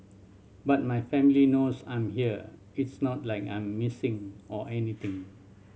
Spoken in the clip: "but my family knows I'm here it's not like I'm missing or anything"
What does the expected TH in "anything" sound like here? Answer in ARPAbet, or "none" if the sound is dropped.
T